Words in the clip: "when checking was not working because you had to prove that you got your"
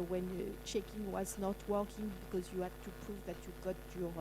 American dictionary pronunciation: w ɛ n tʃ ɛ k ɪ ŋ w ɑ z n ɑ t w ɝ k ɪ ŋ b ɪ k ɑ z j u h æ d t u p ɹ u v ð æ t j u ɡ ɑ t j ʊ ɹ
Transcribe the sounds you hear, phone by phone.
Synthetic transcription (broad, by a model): w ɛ n tʃ ɛ k ɪ ŋ w ɑ z n ɑ t w ɝ k ɪ ŋ b ɪ k ɑ z j u h æ d t u p ɹ u v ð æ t j u ɡ ɑ t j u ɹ